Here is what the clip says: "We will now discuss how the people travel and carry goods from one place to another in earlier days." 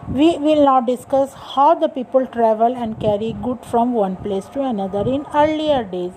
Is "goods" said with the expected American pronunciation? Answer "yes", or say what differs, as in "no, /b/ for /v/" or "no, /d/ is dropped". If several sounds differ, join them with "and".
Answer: no, /z/ is dropped